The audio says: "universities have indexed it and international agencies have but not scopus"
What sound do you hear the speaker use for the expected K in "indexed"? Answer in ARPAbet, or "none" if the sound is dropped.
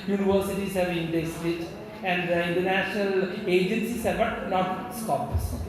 none